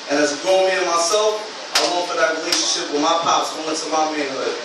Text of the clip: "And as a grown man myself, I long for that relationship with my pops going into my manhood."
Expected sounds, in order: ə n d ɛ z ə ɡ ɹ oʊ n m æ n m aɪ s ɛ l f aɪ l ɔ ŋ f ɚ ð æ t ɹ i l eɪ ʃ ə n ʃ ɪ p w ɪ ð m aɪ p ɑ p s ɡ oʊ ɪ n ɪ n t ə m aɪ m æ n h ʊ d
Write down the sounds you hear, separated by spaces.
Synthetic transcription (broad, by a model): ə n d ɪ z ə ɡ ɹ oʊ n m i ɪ m aɪ s ɛ l f aɪ w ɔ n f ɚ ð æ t ɹ i l eɪ ʃ ə n ʃ ɪ p w ɪ ð m aɪ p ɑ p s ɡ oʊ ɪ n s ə m aɪ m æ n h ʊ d